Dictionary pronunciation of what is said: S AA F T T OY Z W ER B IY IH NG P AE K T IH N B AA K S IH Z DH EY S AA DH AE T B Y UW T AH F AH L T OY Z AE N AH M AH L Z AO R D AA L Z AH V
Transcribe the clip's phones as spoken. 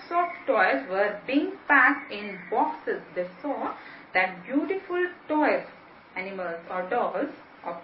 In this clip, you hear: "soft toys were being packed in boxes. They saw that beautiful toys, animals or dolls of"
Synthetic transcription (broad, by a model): S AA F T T OY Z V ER B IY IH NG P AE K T IH N B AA K S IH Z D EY S AA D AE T B Y UW T AH F AH L T OY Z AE N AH M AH L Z AO R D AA Z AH